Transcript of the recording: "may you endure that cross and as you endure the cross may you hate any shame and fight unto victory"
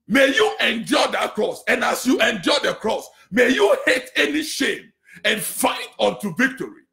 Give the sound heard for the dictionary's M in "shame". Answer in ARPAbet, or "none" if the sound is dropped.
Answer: M